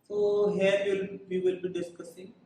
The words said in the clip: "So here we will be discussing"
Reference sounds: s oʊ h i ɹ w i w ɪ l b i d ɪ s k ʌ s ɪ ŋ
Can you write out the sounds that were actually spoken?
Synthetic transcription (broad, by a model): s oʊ h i l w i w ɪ l b i d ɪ s k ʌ s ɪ ŋ